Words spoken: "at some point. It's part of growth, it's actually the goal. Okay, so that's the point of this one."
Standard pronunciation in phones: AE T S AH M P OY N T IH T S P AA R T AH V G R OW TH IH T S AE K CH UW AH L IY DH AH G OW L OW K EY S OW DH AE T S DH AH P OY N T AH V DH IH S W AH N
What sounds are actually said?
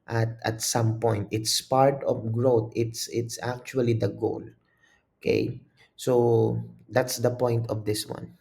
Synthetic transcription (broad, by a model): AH T S AH M P OY N T IH T S P AA R T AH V G R OW S IH T S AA K CH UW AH L IY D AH G OW L OW K EY S OW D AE T S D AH P OY N T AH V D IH S W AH N